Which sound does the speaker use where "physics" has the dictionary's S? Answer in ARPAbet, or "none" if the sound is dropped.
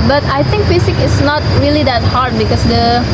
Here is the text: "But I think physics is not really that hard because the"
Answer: none